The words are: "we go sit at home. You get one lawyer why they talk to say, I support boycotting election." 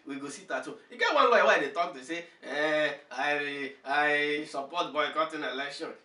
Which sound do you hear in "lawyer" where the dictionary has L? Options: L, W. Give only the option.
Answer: W